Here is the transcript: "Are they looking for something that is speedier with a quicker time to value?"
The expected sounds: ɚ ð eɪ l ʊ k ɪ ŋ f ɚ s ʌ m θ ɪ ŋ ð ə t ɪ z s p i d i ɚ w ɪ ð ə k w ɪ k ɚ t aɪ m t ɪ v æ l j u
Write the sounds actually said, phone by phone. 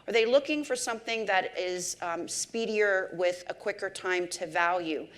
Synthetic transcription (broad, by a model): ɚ ð eɪ l ʊ k ɪ ŋ f ɚ s ʌ m θ ɪ ŋ ð ə t ɪ z s p i d i ɚ w ɪ ð ə k w ɪ k ɚ t aɪ m t ɪ v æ l j u